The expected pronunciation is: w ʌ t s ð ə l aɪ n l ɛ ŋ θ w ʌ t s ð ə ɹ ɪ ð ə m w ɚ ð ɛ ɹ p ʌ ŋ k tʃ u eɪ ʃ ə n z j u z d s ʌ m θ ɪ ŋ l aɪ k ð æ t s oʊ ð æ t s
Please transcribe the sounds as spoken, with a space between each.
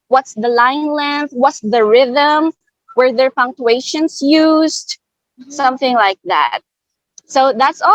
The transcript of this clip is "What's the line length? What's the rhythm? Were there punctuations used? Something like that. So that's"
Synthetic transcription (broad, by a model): w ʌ t s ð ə l aɪ n l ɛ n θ w ʌ t s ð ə ɹ ɪ ð ə m w ɚ ð ɛ ɹ p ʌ ŋ k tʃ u eɪ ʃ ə n s j u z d s ʌ m θ ɪ ŋ l aɪ k ð æ t s oʊ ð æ t s